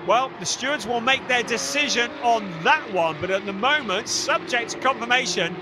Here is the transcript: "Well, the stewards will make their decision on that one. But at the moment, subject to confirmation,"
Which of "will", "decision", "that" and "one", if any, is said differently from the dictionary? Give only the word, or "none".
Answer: none